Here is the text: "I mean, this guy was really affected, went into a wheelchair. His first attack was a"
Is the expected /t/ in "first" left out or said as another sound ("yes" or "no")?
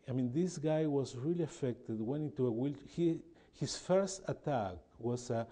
no